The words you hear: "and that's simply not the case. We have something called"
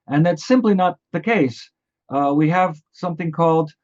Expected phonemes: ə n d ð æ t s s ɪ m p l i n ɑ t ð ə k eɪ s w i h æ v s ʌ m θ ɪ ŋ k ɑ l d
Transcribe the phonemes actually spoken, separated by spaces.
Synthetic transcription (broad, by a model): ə n ð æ t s s ɪ m p l i n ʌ t ð ə k eɪ s w i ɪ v s ʌ m θ ɪ ŋ k ɑ l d